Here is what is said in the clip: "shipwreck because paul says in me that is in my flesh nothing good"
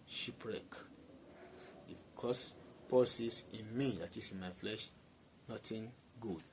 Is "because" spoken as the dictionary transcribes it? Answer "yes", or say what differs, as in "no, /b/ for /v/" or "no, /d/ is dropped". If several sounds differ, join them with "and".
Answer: no, /s/ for /z/